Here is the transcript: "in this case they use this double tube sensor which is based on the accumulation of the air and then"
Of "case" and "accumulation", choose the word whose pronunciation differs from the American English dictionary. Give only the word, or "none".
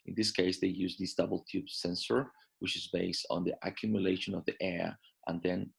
none